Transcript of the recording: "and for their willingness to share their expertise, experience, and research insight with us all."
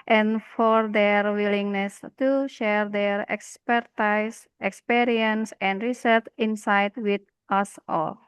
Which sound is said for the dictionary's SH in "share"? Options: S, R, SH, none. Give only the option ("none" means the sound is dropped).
SH